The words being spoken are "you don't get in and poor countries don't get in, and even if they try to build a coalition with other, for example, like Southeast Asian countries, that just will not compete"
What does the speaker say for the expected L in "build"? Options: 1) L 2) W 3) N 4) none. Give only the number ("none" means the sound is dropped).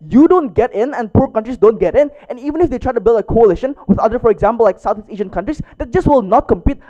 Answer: 1